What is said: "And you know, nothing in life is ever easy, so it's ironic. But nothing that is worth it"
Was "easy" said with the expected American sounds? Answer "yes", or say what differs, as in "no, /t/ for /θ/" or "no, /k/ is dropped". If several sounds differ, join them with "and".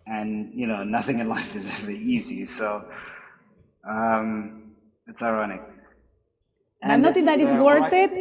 yes